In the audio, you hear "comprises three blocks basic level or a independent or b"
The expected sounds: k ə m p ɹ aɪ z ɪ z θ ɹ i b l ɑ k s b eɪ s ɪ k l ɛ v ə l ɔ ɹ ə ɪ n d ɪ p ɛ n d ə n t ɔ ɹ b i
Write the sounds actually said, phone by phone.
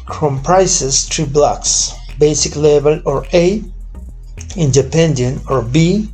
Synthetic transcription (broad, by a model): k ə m p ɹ aɪ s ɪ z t ɹ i b l ɑ k s b eɪ s ɪ k l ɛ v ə l ɔ ɹ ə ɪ n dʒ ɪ p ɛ n d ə n ɔ ɹ b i